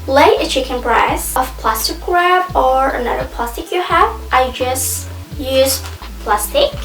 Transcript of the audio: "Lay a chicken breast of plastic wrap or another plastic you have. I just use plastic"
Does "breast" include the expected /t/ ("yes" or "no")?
no